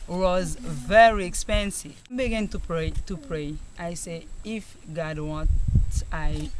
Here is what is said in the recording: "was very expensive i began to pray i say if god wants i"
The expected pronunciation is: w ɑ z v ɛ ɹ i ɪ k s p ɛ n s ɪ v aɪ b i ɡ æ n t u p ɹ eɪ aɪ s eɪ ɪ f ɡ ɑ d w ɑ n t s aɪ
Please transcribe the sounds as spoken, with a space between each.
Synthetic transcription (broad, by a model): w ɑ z v ɛ ɹ i ɪ k s p ɛ n s ɪ v b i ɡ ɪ n t u p ɹ eɪ aɪ s eɪ ɪ f ɡ ɑ d w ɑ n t aɪ